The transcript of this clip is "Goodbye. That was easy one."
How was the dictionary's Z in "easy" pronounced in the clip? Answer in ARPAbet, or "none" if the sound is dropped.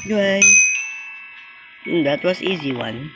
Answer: Z